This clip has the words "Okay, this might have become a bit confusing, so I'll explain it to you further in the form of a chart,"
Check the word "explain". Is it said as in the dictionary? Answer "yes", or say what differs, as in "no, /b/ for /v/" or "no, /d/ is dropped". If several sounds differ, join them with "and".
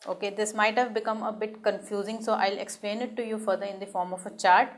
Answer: yes